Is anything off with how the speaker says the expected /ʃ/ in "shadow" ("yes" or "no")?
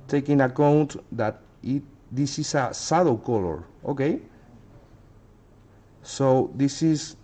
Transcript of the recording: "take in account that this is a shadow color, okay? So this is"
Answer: yes